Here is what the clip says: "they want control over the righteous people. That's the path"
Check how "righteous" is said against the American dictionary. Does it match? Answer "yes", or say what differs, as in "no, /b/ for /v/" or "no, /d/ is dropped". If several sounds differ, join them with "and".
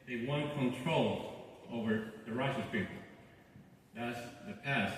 no, /s/ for /tʃ/